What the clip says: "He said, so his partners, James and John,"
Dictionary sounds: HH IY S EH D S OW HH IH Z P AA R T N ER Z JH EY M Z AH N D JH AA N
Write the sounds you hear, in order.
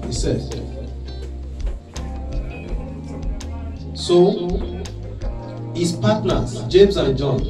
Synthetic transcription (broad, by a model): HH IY S EH D S OW HH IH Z P AA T N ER JH EY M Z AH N JH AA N